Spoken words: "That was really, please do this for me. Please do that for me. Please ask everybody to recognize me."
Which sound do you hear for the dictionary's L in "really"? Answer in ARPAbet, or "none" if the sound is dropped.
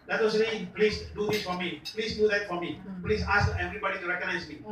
N